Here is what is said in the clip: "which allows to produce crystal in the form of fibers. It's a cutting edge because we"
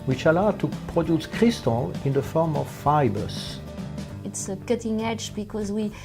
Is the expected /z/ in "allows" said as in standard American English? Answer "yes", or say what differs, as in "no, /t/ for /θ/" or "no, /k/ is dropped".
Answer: no, /z/ is dropped